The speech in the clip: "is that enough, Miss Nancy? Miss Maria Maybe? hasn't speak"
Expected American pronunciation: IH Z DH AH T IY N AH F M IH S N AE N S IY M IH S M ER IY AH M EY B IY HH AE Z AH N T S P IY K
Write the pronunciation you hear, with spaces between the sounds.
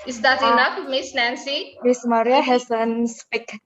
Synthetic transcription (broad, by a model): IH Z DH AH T IY N AH F M IH S N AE N S IY M IH S M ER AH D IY IY HH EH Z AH N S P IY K